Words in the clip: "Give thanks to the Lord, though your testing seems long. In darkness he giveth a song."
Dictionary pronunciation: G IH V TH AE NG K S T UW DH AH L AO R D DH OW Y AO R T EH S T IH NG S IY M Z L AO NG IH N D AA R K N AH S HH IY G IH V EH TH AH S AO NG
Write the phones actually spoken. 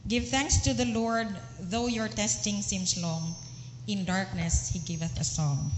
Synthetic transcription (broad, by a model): G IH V TH AE NG K S T UW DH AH L AO R D DH OW Y AO R T EH S T IH NG S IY M S L AO NG IH N D AA R K N AH S HH IY G IH V EH TH AH S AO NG